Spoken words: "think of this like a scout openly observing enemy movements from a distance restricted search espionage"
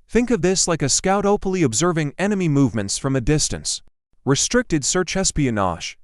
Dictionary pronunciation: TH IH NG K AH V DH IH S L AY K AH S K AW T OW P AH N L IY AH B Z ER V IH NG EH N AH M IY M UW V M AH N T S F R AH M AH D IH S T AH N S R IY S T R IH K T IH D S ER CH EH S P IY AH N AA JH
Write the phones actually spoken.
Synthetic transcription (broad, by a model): TH IH NG K AH V DH IH S L AY K AH S K AW T OW P AH N L IY AH B Z ER V IH NG EH N AH M IY M UW V M AH N T S F R AH M AH D IH S T AH N S R IY S T R IH K T IH D S ER CH EH S P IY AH N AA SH